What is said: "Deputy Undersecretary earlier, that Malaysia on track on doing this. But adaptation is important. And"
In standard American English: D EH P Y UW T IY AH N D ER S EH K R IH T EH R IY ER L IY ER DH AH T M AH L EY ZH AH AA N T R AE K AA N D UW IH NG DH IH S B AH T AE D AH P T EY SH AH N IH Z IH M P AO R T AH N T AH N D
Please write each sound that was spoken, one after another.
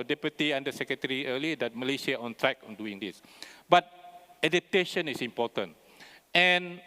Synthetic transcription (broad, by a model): D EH P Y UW T IY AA N D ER S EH K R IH T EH R IY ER L IY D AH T M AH L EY SH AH AA N T R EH K AA N D UW IH NG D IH S B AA T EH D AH T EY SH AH N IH S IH M P AO T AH N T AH N